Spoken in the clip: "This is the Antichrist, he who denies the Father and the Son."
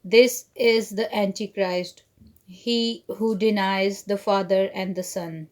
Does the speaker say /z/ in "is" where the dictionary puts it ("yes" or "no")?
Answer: yes